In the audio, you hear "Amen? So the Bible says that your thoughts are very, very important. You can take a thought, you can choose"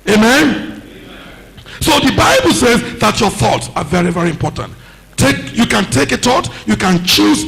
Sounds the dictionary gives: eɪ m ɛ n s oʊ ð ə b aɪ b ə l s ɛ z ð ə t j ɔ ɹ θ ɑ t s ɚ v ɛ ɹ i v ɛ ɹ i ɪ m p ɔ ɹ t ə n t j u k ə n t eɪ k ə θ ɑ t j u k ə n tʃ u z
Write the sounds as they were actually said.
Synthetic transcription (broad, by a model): eɪ m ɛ n s oʊ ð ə b aɪ b ə l s ɛ z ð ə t j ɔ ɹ θ ɑ t s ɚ v ɛ ɹ i v ɛ ɹ i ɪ m p ɔ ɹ t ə n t j u k ə n t eɪ k ə t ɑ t j u k ə n tʃ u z